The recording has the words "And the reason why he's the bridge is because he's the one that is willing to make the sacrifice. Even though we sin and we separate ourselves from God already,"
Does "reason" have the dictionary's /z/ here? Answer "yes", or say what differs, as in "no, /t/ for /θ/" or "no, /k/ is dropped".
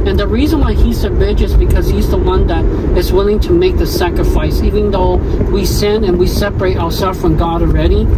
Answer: yes